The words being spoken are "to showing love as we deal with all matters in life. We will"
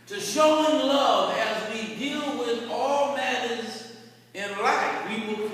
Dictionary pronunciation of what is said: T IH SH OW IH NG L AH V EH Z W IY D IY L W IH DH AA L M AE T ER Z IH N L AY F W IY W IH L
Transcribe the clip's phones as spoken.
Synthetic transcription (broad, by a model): T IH SH OW IH NG L AH V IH Z W IY D IY L W IH DH AA L M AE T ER Z IH N L AY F W IY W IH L